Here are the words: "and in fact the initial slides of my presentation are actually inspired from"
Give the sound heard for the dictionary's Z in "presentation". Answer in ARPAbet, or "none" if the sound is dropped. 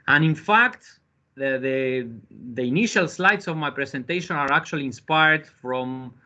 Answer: S